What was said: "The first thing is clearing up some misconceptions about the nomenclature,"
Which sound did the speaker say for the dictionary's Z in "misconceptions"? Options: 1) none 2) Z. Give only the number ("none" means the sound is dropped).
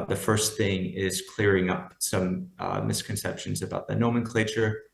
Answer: 2